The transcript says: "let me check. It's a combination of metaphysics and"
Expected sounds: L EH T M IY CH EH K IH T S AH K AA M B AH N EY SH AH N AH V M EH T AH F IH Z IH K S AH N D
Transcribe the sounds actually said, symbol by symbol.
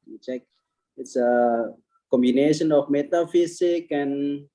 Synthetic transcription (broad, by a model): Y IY CH EH K IH T S AH K AA M B AH N EY SH AH N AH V M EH T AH F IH S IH K AH N